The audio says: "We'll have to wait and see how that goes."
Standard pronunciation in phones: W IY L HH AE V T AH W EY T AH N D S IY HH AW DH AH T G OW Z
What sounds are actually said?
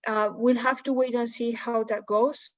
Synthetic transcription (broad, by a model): W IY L HH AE F T AH W EY T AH N S IY HH AW DH AH T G OW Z